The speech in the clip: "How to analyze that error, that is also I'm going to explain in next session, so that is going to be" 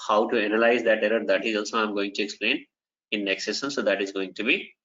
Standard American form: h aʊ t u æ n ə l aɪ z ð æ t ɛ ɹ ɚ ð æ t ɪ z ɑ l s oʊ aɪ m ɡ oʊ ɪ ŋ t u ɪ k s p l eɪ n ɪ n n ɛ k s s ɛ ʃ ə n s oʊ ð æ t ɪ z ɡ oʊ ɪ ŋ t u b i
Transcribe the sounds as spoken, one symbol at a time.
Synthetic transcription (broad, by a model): h aʊ t u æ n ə l aɪ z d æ t ɛ ɹ ɚ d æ t ɪ z ɑ l s oʊ aɪ m ɡ oʊ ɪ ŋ t u ɪ k s p l eɪ n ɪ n n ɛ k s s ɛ s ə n s oʊ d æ t ɪ z ɡ oʊ ɪ ŋ t u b i